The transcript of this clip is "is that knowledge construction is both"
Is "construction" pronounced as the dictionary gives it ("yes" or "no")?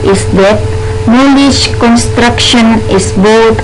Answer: yes